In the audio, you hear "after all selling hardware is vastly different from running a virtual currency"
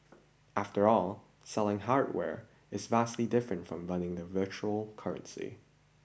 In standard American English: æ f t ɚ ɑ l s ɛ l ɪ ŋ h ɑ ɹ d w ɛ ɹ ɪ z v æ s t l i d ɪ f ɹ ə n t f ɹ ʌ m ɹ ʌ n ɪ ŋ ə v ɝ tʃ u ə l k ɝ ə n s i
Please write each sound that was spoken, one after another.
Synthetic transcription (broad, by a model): æ f t ɚ ɑ l s ɛ l ɪ ŋ h ɑ ɹ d w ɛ ɹ ɪ z v æ s t l i d ɪ f ɹ ə n t f ɹ ʌ m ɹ ʌ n ɪ ŋ ə v ɝ tʃ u l k ɝ ə n s i